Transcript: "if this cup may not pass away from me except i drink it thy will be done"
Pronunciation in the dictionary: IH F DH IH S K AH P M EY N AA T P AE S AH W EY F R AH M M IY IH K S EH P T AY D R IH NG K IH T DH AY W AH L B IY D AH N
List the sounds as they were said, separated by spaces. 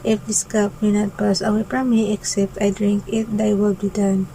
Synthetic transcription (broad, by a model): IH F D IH S K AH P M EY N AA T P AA S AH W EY P R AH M M IY IH K S EH P T AY D R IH NG K IH T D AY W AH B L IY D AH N